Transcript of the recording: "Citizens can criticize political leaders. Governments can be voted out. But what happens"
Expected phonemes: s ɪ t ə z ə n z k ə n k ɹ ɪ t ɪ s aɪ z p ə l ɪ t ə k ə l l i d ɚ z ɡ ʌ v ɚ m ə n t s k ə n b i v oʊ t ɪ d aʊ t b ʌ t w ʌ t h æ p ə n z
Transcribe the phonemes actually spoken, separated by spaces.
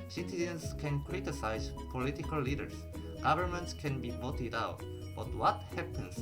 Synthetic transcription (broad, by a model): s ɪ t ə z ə n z k ə n k ɹ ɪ t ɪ s aɪ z p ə l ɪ t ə k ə l l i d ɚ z ɡ ʌ v ɚ m ə n t s k ə n b i v oʊ t ɪ d aʊ t b ʌ t w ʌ t h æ p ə n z